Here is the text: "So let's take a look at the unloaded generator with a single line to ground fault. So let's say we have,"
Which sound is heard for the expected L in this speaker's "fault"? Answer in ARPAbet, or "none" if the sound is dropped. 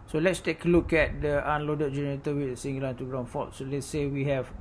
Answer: none